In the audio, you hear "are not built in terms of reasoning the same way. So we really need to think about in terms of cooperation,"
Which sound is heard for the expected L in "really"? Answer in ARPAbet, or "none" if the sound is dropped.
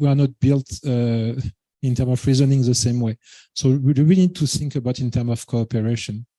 W